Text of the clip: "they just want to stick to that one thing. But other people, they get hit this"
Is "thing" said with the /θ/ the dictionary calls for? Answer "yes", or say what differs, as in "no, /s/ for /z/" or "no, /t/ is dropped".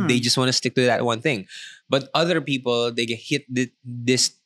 yes